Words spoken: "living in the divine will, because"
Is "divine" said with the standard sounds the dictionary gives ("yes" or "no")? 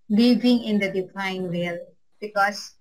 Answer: no